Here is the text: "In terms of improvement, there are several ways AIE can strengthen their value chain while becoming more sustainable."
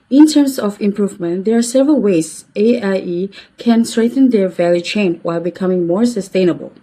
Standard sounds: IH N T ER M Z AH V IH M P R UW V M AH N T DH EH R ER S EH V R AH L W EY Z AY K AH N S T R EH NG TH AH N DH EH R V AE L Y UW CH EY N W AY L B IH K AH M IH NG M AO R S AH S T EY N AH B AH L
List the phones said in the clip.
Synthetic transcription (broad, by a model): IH N T ER M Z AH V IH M P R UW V M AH N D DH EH R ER S EH V R AH L W EY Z AY K AH N S T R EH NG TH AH N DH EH R V AE L Y UW CH EY N W AY L B IH K AH M IH NG M AO R S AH S T EY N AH B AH L